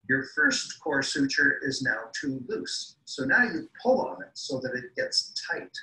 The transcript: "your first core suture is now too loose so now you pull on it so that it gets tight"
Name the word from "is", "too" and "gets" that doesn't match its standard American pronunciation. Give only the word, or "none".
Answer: none